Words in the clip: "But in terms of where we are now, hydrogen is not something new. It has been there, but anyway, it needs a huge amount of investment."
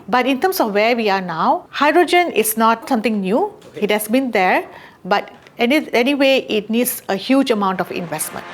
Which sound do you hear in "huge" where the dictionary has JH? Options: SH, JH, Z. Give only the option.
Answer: JH